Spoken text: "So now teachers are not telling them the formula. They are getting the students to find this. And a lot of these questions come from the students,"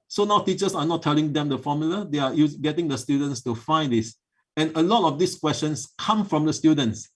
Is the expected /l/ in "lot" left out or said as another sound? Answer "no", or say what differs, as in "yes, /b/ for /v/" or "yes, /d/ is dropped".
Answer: no